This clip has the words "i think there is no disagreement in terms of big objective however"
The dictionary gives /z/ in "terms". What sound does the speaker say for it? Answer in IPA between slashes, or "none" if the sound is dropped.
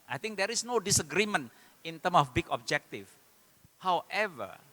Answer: none